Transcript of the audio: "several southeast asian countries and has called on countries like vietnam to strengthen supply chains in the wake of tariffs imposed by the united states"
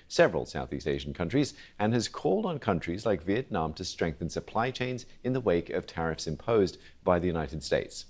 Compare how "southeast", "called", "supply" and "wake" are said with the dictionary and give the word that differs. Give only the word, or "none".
none